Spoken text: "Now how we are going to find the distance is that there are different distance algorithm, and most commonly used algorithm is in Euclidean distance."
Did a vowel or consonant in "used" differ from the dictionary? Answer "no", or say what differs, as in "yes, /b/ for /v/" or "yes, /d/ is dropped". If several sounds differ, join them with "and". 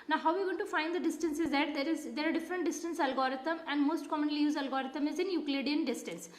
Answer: yes, /d/ is dropped